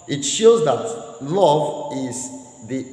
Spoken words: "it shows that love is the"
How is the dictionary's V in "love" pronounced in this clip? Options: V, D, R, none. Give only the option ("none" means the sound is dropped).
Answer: V